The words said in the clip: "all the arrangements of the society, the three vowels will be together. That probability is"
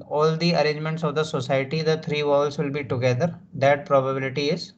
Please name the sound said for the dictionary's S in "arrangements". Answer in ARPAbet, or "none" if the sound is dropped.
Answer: S